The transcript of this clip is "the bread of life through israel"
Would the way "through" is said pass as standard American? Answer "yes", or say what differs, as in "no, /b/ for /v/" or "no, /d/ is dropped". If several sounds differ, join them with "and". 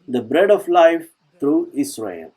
no, /t/ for /θ/